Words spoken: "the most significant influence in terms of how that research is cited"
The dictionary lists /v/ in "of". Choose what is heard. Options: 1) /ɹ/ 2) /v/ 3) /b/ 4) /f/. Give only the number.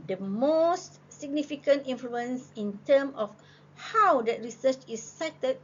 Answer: 4